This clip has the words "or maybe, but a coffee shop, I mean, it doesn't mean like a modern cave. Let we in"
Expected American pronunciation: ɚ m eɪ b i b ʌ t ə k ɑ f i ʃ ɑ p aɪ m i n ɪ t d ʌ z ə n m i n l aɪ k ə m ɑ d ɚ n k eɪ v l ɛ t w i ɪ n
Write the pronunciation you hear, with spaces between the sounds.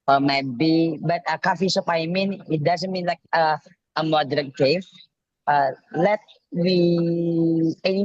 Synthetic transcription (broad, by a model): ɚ m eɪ b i b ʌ t ə k ɑ f i s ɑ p aɪ m i n ɪ t d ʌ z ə n m i n l aɪ k ə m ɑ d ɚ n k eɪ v l ɛ t w i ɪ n